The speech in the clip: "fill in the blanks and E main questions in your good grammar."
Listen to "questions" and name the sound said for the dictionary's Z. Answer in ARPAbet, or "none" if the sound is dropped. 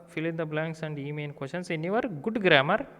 S